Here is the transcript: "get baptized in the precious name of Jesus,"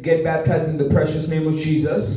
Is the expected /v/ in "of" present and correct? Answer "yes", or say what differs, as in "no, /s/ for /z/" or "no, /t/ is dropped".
yes